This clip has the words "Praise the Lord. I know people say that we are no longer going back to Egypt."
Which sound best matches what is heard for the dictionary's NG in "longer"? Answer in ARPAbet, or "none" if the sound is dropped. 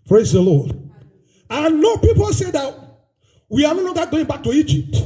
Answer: none